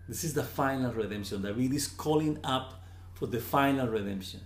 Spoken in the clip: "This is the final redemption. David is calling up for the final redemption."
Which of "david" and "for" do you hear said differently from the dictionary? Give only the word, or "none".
david